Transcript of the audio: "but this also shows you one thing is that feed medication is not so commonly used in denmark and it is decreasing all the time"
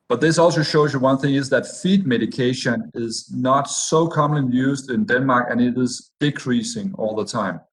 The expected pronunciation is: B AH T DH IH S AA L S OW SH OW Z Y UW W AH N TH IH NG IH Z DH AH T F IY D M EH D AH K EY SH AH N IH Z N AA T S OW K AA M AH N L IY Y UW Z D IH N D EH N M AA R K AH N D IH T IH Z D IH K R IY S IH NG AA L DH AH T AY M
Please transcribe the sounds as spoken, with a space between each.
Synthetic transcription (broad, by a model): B AH T DH IH S AA L S OW SH OW Z Y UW W AH N TH IH NG IH Z DH AH T F IY D M EH D AH K EY SH AH N IH Z N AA T S OW K AA M AH N L IY Y UW Z D IH N D EH N M AA R K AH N IH T IH Z D IH K R IY S IH NG AA L DH AH T AY M